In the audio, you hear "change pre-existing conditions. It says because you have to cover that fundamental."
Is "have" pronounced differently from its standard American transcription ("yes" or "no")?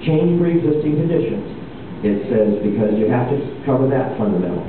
yes